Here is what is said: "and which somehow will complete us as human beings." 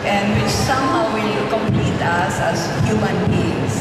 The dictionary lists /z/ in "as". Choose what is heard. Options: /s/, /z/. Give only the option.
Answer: /s/